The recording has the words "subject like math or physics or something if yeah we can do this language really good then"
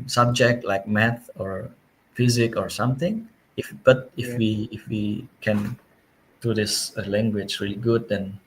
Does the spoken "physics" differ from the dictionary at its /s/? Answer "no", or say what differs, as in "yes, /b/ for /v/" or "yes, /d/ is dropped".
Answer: yes, /s/ is dropped